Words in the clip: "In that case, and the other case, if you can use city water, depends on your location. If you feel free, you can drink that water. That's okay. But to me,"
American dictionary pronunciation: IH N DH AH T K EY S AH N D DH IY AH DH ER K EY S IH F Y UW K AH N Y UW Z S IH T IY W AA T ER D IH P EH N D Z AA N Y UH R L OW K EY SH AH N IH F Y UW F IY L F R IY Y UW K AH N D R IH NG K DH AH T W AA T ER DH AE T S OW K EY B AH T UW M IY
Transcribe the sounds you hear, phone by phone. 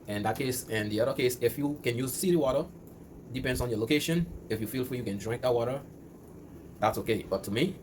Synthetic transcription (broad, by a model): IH N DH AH T K EY S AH N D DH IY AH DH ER K EY S IH F Y UW K AH N Y UW Z S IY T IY W AA T ER D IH P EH N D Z AA N Y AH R L OW K EY SH AH N IH F Y UW F IY L F IY Y UW K AH N D R IH NG K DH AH T W AA T ER DH AE T S OW K EY B AH T UW M IY